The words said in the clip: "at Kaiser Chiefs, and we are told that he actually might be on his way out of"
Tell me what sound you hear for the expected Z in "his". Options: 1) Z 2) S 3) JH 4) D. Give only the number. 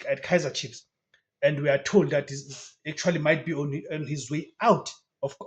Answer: 1